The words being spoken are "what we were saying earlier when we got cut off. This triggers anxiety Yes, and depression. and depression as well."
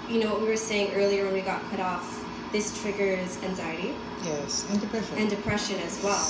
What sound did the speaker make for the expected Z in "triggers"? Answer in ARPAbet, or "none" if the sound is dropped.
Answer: Z